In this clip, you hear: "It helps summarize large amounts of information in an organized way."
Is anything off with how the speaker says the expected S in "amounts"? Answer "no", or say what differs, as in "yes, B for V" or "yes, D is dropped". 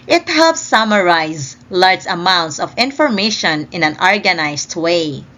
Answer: no